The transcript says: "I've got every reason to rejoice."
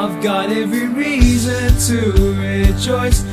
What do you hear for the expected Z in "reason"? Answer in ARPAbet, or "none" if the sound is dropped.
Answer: Z